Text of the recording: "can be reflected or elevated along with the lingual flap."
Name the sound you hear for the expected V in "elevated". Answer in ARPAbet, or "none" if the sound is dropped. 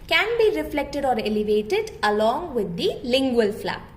V